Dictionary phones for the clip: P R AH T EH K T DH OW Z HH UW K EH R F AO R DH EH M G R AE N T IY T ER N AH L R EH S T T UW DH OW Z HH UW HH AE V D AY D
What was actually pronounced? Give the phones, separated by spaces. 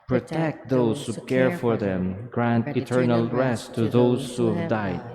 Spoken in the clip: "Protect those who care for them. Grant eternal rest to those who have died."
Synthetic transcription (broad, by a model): P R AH T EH K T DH OW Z HH UW K EH R F AO R DH EH M G R AE N T IY T ER N AH L R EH S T T UW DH OW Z HH UW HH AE V D AY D